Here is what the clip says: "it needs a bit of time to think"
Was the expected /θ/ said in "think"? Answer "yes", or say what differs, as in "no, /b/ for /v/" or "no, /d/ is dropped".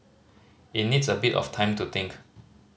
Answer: no, /t/ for /θ/